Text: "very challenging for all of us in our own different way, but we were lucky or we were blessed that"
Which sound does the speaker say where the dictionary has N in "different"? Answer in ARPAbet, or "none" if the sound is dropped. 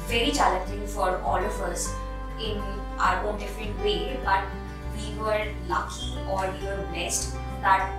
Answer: none